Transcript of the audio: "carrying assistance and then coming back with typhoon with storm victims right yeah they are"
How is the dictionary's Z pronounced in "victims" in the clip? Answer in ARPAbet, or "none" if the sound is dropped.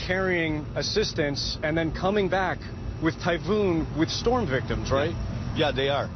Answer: Z